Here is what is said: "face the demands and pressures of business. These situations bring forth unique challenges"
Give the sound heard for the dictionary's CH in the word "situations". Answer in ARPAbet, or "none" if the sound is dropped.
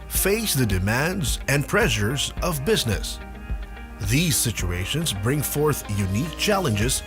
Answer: CH